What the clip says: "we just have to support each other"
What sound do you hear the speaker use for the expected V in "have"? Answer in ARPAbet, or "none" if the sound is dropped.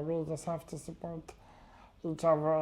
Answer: F